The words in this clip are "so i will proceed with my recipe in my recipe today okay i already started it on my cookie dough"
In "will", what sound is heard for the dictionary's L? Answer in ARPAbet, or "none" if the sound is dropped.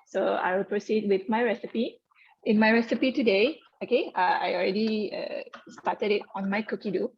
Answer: L